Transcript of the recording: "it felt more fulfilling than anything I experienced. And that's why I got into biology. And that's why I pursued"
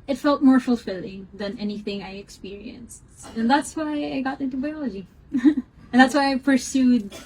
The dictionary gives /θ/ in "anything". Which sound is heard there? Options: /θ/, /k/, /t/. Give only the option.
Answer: /θ/